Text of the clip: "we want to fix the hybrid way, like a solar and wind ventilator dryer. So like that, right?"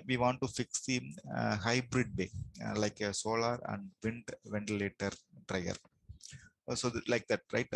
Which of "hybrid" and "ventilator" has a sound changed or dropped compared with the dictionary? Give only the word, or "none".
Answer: none